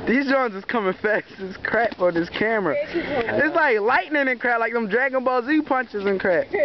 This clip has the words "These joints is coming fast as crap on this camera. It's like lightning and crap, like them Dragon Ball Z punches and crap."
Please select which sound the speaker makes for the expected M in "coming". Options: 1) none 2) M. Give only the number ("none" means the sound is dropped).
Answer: 2